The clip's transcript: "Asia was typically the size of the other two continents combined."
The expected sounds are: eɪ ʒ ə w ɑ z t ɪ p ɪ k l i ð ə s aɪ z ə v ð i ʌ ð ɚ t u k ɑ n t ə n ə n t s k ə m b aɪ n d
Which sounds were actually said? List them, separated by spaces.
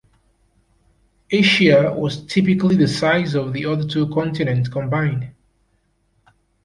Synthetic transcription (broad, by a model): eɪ ʃ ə w ɑ z t ɪ p ɪ k l i ð ə s aɪ z ə v ð i ʌ ð ɚ t u k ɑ n t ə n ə n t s k ə m b aɪ n d